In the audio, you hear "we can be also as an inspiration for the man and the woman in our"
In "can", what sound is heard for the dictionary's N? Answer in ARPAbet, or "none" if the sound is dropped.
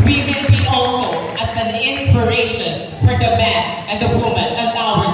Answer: L